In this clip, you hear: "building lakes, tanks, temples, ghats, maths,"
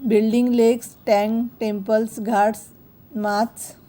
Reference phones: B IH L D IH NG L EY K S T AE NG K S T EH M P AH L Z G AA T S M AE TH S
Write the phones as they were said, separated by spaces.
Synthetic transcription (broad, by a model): B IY L D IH NG L EY K S T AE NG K T EH M P AH L S G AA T S M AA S